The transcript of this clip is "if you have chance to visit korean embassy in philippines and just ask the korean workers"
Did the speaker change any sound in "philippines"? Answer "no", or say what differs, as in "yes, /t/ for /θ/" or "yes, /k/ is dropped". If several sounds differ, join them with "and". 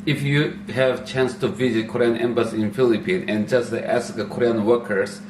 yes, /z/ is dropped